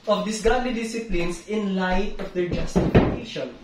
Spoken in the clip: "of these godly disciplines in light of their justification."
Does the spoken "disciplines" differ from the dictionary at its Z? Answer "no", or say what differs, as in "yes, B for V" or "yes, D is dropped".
yes, S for Z